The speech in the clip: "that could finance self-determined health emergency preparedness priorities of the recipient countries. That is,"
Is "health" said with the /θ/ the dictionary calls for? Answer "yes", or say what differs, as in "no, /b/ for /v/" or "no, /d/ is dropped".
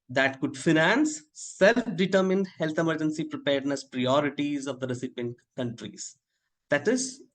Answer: no, /t/ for /θ/